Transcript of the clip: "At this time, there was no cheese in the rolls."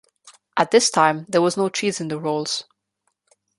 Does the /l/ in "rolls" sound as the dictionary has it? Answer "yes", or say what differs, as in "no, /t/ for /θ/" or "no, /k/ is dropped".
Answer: yes